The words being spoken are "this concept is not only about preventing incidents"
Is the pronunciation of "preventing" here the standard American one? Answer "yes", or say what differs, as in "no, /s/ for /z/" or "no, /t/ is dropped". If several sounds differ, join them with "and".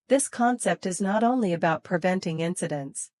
yes